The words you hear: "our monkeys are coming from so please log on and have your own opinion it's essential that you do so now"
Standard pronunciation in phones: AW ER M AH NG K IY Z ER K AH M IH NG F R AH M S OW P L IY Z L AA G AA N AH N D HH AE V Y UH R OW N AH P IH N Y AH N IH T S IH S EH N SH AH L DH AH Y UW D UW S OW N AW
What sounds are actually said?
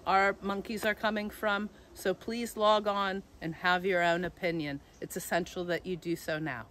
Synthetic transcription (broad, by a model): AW ER M AH NG K IY Z ER K AH M IH NG F R AH M S OW P L IY Z L AA G N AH N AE V Y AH R OW N AH P IH N Y AH N IH T S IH S EH N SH L DH AH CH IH D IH S OW N AW